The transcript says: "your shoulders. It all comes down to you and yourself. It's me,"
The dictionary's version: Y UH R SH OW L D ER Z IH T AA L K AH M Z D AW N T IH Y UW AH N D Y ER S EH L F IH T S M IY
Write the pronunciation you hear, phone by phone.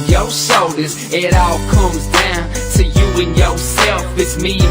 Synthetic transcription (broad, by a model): Y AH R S OW L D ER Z IH T AA L K AH M Z D AW N T IH Y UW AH N Y ER S EH L F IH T M IY